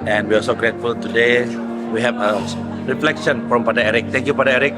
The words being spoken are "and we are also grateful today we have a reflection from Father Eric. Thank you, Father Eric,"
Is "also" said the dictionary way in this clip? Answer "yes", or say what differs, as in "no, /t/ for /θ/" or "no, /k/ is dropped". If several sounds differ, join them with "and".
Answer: no, /l/ is dropped